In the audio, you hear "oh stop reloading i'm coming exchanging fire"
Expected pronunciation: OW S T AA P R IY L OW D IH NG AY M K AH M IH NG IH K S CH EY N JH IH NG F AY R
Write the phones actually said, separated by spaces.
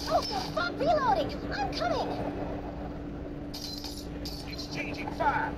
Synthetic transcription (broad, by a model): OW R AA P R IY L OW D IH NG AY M K AH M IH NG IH S CH EY N JH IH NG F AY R